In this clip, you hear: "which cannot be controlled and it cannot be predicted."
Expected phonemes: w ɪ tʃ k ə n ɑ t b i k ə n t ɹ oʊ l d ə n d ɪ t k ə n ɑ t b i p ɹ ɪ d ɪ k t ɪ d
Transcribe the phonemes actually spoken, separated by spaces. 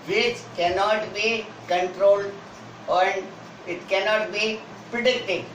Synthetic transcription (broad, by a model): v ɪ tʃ k ə n ɑ t b i k ə n t ɹ oʊ l d ə n d ɪ t k ə n ɑ t b i p ɹ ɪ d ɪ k t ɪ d